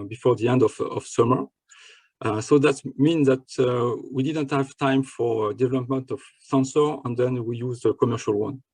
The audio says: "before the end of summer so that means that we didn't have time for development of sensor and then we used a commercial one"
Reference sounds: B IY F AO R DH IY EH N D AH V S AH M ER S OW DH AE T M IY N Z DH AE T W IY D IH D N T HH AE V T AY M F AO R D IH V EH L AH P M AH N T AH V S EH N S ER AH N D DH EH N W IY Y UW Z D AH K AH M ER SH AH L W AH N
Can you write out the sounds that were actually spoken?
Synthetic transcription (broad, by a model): B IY F AO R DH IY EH N D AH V S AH M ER S OW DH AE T M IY N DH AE T W IY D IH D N T HH AE V T AY M F AO R D IH V EH L AH P M AH N T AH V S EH N S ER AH N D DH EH N W IY Y UW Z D AH K AH M ER SH AH L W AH N